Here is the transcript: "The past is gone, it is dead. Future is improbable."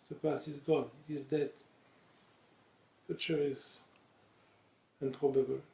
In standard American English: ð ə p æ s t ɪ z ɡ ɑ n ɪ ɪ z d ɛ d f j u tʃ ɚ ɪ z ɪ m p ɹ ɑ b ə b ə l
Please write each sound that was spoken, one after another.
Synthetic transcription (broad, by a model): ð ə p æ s ɪ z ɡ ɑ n ɪ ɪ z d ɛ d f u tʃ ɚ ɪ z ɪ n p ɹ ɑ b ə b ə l